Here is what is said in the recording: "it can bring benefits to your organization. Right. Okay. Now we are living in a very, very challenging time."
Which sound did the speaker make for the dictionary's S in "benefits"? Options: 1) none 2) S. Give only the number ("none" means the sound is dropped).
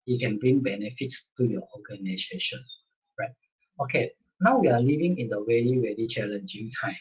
2